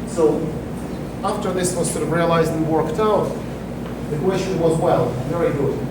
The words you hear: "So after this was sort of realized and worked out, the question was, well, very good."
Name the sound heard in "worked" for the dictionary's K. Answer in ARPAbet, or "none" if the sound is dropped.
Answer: K